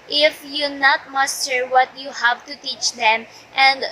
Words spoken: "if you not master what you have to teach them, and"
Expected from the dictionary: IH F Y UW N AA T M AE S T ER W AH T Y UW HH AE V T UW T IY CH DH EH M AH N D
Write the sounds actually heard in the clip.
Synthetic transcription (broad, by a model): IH F Y UW N AA T M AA S T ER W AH T Y UW HH AE V T UW T IY CH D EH M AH N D